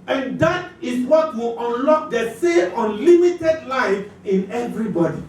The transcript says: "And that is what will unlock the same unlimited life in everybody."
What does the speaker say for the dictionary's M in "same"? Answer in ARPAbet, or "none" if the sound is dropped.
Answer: none